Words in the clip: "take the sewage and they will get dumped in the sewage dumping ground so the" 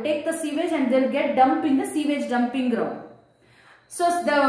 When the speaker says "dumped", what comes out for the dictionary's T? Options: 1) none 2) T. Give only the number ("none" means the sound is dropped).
1